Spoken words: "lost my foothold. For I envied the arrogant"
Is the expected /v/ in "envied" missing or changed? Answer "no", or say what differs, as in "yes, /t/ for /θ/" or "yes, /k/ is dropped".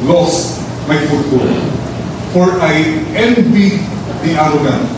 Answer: yes, /b/ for /v/